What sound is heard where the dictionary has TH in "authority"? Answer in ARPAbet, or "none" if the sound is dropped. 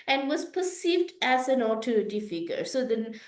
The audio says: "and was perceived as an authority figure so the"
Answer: T